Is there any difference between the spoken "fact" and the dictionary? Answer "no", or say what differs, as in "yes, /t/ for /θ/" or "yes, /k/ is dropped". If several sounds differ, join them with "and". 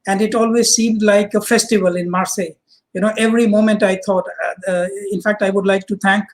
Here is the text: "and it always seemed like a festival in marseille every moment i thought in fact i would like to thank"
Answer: no